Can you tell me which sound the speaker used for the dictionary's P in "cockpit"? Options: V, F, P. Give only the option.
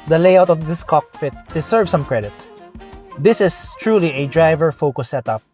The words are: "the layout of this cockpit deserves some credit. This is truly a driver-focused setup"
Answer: F